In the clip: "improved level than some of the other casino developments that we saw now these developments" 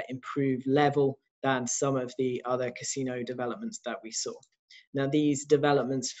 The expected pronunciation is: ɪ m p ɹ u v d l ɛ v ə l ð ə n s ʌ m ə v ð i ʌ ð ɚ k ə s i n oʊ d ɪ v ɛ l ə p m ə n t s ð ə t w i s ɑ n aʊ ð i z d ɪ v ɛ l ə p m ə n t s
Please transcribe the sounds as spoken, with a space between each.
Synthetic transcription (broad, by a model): ɪ m p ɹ u v l ɛ v ə l ð ə n s ʌ m ə v ð i ʌ ð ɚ k ə s i n oʊ d ɪ v ɛ l ə p m ə n t s ð ə t w i s ɑ n aʊ ð i z d ɪ v ɛ l ə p m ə n t s